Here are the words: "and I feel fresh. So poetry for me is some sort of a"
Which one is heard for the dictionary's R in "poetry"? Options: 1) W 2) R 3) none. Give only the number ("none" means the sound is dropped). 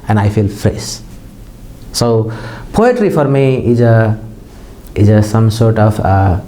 2